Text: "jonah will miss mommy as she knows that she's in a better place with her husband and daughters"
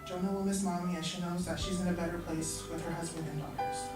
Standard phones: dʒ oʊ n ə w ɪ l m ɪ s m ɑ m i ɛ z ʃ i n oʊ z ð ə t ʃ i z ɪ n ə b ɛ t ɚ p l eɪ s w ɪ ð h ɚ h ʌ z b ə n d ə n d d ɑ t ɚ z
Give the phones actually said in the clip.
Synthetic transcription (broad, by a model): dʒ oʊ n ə w ɪ l m ɪ s m ɑ m i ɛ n ʃ i n oʊ z ð ə t ʃ i z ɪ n ə b ɛ t ɚ p l eɪ s w ɪ ð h ɚ h ʌ z b ə n d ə n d d ɑ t ɚ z